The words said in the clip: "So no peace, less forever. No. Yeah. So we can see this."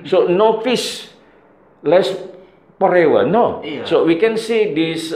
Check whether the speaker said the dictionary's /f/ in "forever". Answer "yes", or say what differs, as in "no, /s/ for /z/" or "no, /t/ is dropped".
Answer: no, /p/ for /f/